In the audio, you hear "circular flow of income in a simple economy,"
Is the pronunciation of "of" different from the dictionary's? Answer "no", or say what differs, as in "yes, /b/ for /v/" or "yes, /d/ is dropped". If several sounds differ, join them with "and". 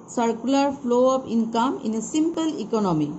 yes, /p/ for /v/